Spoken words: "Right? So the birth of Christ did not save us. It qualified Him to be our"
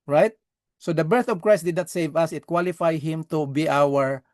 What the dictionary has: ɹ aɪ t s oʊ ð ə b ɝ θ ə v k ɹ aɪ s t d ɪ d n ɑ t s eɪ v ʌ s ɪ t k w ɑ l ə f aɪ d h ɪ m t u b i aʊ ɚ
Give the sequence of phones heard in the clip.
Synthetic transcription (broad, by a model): ɹ aɪ t s oʊ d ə b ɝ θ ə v k ɹ aɪ s t d ɪ d n ɑ t s eɪ v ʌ s ɪ t k w ɑ l ə f aɪ d h ɪ m t u b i aʊ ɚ